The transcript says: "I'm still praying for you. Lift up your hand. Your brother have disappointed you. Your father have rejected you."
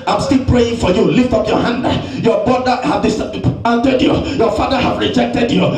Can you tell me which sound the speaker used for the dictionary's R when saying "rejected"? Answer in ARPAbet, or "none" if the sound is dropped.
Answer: R